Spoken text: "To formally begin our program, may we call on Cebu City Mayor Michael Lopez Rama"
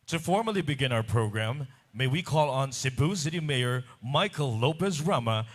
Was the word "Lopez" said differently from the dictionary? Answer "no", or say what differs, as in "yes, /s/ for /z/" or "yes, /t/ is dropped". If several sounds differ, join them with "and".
yes, /s/ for /z/